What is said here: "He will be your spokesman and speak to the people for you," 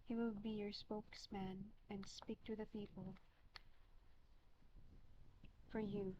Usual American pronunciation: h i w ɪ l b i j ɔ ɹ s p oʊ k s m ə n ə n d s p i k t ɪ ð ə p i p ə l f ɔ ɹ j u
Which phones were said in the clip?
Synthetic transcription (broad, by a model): h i w ɪ l b i j ɔ ɹ s p oʊ k s m ə n ə n d s p i k t ɪ ð ə p i p ə l f ɔ ɹ j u